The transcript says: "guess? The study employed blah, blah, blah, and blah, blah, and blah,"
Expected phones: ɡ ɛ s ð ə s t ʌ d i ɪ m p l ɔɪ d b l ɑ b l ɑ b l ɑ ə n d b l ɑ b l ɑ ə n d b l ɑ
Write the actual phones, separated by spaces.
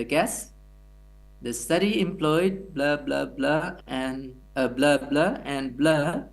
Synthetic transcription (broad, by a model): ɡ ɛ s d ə s t ʌ d i ɪ m p l ɔɪ d b l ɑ b l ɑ b l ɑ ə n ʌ b l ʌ b l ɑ ə n d b l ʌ